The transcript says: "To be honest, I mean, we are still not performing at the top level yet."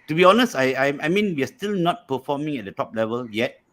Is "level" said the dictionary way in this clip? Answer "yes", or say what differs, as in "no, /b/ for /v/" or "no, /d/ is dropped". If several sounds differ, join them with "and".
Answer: yes